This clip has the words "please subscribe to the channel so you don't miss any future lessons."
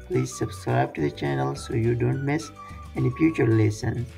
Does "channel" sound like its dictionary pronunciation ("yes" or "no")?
yes